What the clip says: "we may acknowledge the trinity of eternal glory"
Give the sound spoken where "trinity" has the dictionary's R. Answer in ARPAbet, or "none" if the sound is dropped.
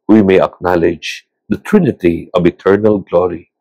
R